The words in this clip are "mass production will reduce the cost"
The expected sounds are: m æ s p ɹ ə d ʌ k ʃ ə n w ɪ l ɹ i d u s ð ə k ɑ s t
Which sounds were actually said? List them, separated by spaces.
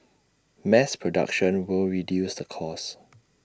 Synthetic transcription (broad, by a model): m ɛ s p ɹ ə d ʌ k ʃ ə n w ɪ l ɹ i d u s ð ə k ɑ s